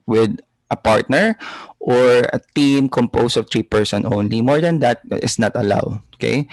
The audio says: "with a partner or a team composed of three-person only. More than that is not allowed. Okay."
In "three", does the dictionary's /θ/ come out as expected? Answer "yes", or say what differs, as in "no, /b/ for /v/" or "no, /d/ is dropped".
no, /t/ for /θ/